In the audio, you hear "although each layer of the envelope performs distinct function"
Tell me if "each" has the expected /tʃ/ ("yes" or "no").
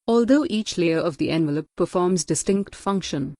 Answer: yes